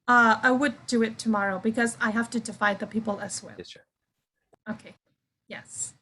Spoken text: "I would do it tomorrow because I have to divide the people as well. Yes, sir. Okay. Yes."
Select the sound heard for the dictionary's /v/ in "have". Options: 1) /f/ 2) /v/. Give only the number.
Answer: 1